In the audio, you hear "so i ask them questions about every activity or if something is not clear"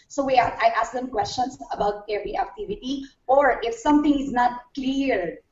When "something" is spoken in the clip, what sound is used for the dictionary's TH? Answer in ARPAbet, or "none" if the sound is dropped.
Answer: T